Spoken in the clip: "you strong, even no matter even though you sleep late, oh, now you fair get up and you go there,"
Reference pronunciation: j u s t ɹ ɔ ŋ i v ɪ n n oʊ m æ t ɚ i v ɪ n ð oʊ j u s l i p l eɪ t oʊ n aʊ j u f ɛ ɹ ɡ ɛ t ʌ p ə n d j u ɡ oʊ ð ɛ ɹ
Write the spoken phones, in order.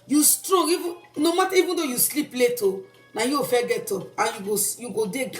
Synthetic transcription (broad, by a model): j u s t ɹ ɔ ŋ i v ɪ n n oʊ m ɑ t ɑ i v ɪ n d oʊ j u s l i p l eɪ t oʊ n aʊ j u f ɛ ɡ ɛ t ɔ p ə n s j u ɡ oʊ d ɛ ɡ